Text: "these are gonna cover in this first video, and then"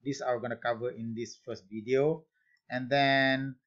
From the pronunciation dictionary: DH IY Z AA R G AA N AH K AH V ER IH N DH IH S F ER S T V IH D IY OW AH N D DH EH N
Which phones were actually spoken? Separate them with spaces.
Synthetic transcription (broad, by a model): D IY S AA W G AA N AH K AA V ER IH N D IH S F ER S T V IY D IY OW AH N D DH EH N